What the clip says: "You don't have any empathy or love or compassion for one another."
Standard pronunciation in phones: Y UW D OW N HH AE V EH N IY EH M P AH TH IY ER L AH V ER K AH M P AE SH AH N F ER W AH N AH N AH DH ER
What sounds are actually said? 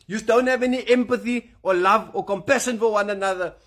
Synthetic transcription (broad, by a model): Y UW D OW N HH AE V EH N IY EH M P AH TH IY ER L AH V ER K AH M P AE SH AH N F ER W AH N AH N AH DH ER